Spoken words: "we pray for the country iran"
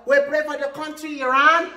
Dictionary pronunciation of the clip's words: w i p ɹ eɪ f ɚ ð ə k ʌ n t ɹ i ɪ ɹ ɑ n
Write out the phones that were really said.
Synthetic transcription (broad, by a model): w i b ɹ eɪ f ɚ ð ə k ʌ n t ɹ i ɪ ɹ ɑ n